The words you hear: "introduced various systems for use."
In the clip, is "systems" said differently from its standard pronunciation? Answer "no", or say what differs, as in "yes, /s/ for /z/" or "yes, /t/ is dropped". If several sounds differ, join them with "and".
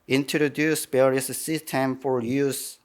yes, /z/ is dropped